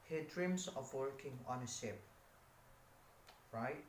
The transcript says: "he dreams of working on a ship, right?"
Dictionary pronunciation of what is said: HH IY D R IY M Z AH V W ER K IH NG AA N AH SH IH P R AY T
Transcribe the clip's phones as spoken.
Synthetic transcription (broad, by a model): HH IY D R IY M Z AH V W ER K IH NG AA N AH S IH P R AY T